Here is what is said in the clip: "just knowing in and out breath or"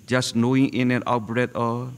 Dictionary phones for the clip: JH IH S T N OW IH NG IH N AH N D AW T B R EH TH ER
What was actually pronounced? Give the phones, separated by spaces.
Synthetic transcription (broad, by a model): JH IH S N OW IH NG IH N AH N AW T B R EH T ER